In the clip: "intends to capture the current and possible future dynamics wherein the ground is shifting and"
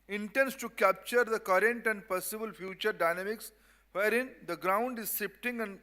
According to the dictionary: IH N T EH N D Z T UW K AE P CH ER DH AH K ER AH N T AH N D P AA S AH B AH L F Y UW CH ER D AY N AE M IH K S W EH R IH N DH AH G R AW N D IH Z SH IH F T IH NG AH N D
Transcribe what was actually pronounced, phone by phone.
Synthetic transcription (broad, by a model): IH N T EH N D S T UW K AE P CH ER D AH K ER AH N T AH N D P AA S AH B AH L F Y UW CH ER D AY N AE M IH K S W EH R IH N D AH G R AW N D IH Z S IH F T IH NG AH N D